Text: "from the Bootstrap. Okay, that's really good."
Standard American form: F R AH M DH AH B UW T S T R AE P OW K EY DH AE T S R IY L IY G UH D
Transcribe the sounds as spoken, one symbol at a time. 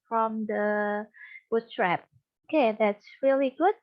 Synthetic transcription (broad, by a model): F R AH M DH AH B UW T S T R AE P OW K EY DH AE T S R IY L IY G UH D